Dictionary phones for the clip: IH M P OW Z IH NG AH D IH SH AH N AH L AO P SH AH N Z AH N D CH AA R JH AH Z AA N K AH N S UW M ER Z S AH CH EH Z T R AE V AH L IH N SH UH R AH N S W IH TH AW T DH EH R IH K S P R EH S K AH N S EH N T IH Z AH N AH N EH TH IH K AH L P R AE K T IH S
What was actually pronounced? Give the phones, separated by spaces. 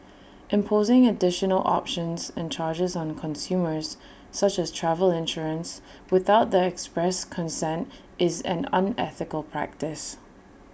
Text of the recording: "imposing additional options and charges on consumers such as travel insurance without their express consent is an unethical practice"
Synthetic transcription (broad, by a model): IH M P OW Z IH NG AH D IH SH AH N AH L AO P SH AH N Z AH N CH AA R JH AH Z N K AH N S UW M ER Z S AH CH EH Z T R AE V AH L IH N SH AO R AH N S W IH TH AW T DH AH IH K S P R EH S K AH N S EH N T IH Z AH N AH N EH TH IH K AH L P R AE K T IH S